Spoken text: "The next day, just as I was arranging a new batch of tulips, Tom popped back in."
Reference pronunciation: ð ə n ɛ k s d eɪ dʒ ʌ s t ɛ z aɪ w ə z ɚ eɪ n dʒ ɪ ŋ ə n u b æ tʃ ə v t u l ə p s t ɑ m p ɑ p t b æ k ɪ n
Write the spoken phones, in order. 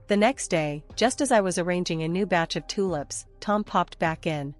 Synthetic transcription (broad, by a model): ð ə n ɛ k s d eɪ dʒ ʌ s t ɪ z aɪ w ə z ɚ eɪ n dʒ ɪ ŋ ə n u b æ tʃ ə v t u l ə p s t ɑ m p ɑ p t b æ k ɪ n